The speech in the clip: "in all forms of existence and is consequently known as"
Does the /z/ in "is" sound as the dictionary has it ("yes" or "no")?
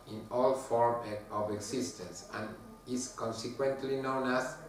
no